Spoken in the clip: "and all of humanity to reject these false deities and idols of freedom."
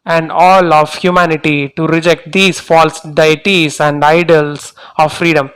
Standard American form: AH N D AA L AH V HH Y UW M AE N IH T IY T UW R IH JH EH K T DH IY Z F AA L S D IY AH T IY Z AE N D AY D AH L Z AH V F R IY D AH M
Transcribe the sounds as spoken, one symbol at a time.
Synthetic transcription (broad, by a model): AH N D AA L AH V HH Y UW M AE N IH T IY T UW R IH JH EH K T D IY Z F AA L S D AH T IY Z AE N D AY D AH L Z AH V F R IY D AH M